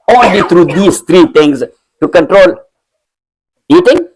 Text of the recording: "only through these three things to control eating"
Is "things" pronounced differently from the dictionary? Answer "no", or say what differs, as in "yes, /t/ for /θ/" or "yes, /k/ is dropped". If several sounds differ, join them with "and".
yes, /t/ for /θ/